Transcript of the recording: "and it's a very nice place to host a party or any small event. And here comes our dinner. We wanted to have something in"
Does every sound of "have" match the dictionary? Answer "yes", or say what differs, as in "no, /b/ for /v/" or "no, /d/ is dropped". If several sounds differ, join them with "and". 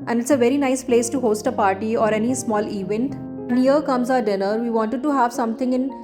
yes